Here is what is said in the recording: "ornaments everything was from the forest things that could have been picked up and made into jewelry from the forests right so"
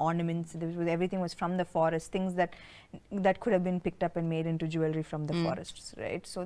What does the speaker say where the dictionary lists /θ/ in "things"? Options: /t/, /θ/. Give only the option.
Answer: /t/